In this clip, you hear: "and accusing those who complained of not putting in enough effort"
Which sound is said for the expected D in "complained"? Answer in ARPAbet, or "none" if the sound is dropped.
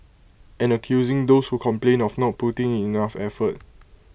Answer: none